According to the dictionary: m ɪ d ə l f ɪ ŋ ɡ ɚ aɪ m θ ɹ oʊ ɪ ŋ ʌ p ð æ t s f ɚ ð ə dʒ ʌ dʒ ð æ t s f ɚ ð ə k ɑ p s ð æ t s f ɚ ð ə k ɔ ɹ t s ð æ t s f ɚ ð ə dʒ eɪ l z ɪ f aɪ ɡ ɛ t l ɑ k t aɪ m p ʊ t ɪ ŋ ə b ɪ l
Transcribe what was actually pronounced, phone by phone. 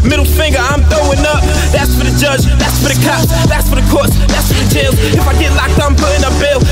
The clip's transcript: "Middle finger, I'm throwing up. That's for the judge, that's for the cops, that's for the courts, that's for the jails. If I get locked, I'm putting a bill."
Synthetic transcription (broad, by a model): m ɪ d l f ɪ ŋ ɡ ɚ aɪ m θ oʊ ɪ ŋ ʌ p ð æ t s f ɚ ð ə dʒ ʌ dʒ ð æ t s f ɚ ð ə k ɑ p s ð æ t s f ɚ ð ə k ɔ ɹ t s ð æ t s f ɚ ð ə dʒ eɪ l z ɪ f aɪ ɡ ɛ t l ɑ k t aɪ m p ʊ t ɪ ŋ ə b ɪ l